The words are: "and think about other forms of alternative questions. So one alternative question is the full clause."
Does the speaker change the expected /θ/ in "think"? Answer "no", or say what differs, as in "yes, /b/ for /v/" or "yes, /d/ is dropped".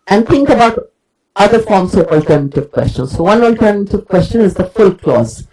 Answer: yes, /t/ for /θ/